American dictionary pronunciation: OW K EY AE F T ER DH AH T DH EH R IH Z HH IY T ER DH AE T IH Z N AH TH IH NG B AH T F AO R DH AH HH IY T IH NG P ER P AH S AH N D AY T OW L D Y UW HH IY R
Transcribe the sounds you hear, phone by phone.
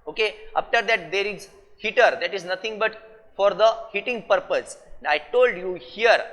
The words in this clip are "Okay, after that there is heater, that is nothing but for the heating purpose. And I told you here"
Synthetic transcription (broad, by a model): OW K EY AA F T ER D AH T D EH R IH Z HH IY T ER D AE T IH Z N AH T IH NG B AH T F AO R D AH HH IY T IH NG P ER P AH S AH N D AY T OW L D Y UW HH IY R